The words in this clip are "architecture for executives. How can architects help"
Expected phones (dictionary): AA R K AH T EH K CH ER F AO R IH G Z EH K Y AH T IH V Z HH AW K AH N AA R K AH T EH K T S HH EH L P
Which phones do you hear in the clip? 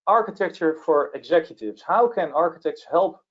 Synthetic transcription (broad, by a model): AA R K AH T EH K CH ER F AO R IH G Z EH K Y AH T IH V S HH AW K AH N AA R K AH T EH K T S HH EH L P